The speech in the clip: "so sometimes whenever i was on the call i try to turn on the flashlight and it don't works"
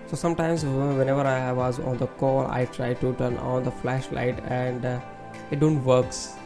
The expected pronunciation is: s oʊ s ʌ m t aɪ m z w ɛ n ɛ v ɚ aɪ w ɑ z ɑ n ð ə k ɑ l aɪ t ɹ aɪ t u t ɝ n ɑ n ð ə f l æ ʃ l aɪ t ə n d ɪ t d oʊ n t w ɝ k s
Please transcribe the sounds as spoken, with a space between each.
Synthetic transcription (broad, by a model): s oʊ s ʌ m t aɪ m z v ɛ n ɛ v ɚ aɪ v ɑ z ɑ n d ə k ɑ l aɪ t ɹ aɪ t u t ɝ n ɑ n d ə f l æ ʃ l aɪ t ə n d ɪ t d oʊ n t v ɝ k s